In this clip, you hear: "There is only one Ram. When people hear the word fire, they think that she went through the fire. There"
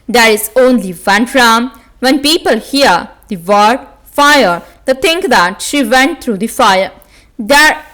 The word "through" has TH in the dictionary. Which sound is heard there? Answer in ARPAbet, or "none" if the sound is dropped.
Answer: T